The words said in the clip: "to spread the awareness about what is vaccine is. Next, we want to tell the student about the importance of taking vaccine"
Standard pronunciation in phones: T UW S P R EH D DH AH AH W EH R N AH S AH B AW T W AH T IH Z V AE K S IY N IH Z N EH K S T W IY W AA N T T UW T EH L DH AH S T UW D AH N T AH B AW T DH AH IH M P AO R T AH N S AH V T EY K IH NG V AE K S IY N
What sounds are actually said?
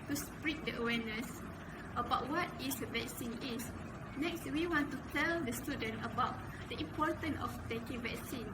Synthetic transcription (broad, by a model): T UW S P R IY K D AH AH W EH N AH S AH B AW T W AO T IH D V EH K S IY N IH S N EH K S T W IY W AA N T T UW T EH L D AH S T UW D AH N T AH B AW T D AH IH M P AO T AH N AH F T EY K IH NG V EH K S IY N